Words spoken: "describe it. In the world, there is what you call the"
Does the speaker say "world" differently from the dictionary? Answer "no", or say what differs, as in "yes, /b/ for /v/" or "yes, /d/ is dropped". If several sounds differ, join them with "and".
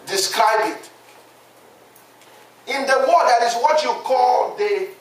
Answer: yes, /l/ is dropped